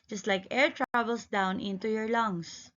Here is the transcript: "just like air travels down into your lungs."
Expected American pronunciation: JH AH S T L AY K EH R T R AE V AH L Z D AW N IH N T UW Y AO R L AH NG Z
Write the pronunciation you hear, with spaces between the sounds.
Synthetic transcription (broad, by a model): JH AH S T L AY K EH R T R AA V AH L S D AW N IH N T UW Y AO R L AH NG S